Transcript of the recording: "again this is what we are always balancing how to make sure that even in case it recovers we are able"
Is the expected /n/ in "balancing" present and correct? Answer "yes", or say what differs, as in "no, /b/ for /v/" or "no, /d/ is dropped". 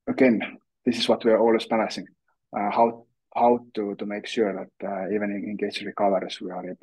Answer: no, /n/ is dropped